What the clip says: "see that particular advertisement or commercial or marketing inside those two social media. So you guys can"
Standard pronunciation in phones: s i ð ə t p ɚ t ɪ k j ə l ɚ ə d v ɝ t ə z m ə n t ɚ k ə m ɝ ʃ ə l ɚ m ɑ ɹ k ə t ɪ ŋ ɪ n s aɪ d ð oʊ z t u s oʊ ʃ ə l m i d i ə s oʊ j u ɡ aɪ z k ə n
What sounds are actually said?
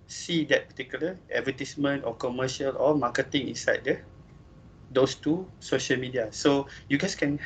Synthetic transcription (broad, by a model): s i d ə t p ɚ t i k j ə l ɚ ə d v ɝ t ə s m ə n t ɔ k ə m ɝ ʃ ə l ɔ m ɑ k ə t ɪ ŋ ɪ n s aɪ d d oʊ s t u s oʊ ʃ ə l m i d i ə s oʊ j u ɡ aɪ s k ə n